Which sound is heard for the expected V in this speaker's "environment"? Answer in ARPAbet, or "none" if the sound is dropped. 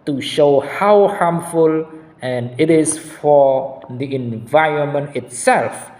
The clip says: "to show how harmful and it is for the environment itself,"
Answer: V